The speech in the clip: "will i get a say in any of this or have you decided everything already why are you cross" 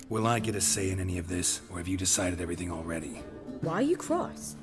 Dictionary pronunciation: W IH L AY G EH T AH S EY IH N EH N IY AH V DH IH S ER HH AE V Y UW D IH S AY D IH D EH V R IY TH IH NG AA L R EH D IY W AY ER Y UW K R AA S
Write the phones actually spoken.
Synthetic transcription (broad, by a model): W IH L AY G EH T AH S EY IH N EH N IY AH V DH IH S ER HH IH V Y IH D IH S AY D IH D EH V R IY TH IH NG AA L R EH D IY W AY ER Y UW K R AA S